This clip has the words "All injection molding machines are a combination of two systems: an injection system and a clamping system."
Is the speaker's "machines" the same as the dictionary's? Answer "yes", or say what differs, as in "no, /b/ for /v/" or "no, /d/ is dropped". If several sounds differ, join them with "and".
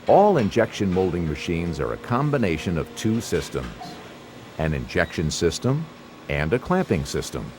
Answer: yes